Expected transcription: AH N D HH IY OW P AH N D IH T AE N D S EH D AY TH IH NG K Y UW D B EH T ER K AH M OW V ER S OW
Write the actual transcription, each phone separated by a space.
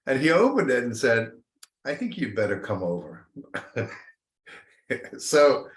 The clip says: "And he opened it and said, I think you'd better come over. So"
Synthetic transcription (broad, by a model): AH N IY OW P AH N D IH T N S EH D AY TH IH NG K Y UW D B EH T ER K AH M OW V ER S OW